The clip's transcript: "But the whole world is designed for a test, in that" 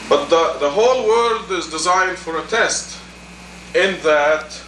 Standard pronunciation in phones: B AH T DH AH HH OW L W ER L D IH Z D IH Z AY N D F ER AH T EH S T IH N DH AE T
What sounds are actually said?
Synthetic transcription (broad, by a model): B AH T DH AH HH OW L W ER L D IH Z D IH Z AY N D F ER AH T EH S T IH N DH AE T